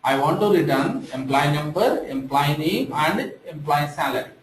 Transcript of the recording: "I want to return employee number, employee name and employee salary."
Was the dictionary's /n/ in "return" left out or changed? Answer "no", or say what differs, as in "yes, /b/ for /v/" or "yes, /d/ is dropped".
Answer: no